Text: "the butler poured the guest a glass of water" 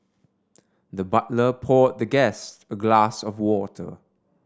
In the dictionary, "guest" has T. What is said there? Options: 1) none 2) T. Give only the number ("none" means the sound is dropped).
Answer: 2